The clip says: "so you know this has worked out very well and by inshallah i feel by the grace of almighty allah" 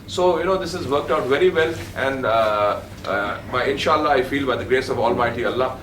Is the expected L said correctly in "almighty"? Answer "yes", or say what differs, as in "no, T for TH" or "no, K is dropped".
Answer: yes